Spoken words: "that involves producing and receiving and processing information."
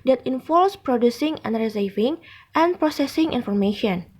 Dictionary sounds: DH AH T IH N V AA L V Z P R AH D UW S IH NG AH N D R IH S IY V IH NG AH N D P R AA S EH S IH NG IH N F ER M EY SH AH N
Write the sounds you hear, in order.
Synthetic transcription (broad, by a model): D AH T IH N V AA L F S P R AH D UW S IH NG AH N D R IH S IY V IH NG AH N P R AA S EH S IH NG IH N F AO M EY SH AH N